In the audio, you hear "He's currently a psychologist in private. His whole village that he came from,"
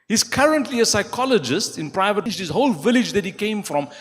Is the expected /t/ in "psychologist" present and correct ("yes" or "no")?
yes